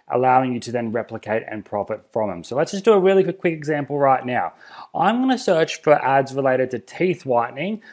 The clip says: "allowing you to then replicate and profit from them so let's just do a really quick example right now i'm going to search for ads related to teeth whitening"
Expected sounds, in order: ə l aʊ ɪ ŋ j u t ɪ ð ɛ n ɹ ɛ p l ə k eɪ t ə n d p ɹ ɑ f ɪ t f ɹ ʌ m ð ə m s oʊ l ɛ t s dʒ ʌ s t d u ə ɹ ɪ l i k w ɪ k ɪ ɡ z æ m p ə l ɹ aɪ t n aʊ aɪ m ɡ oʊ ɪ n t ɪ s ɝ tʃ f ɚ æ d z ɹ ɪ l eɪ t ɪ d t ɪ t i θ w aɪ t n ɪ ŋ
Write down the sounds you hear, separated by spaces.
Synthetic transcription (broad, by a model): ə l aʊ ɪ ŋ j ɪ t ɪ ð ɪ n ɹ ɛ p l ə k eɪ t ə n p ɹ ɑ f ɪ t f ɹ ʌ m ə m s oʊ l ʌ t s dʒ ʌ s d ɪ ə ɹ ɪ l i k w ɪ k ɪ ɡ z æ m p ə l ɹ aɪ t n aʊ aɪ m ɡ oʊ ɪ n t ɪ s ɝ tʃ f ɚ æ d z ɹ ɪ l eɪ t ɪ d t ɪ t i θ w aɪ t n ɪ ŋ